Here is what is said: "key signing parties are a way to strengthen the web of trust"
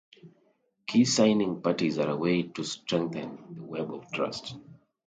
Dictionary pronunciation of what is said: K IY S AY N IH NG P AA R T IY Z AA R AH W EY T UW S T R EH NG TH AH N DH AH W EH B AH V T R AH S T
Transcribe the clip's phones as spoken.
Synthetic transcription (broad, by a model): K IY S AY N IH NG P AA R T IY Z AA R AH W EY T UW S T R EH NG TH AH N DH AH W EH B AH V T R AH S T